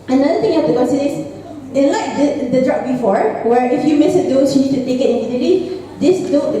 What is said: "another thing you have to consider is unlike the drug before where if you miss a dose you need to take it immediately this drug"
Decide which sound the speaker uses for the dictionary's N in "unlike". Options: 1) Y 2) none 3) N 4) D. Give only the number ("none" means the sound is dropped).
2